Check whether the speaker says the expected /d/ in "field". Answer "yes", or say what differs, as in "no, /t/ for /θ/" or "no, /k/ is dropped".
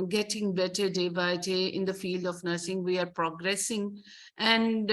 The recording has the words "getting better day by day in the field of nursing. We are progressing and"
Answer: yes